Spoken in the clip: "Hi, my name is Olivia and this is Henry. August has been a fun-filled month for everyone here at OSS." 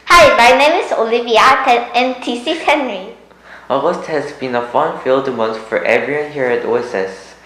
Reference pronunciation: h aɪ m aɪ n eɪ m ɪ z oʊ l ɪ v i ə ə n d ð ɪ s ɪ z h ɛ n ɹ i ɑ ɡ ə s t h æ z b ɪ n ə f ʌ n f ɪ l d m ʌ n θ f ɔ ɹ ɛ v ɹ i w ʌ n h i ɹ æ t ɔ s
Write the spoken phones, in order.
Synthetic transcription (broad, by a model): h aɪ m aɪ n eɪ m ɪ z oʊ l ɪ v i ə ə n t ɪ s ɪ h ɛ n ɹ i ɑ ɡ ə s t h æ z b ɪ n ə f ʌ n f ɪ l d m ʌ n s f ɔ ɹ ɛ v ɹ i w ʌ n h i ɹ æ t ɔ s